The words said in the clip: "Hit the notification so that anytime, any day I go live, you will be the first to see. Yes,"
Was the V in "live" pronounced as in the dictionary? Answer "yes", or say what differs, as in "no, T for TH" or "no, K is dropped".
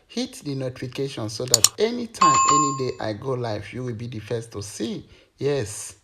no, F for V